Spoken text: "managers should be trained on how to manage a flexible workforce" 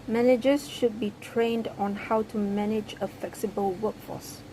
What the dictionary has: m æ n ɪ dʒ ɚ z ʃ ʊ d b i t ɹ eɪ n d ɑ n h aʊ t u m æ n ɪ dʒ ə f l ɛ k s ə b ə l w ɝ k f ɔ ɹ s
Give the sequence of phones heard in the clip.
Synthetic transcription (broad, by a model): m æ n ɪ dʒ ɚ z ʃ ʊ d b i t ɹ eɪ n d ɑ n h aʊ t u m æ n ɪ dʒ ə f l ɛ k s ə b ə l w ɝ k f ɔ s